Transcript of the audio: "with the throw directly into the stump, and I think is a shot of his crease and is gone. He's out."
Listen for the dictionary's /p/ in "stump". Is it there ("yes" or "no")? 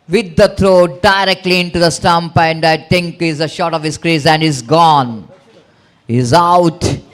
yes